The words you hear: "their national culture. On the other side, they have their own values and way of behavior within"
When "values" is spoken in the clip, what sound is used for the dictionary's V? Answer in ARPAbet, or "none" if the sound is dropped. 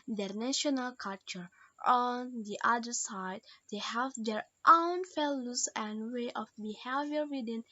F